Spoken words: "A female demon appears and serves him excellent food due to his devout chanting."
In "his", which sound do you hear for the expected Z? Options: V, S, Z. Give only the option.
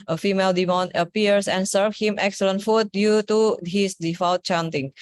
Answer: S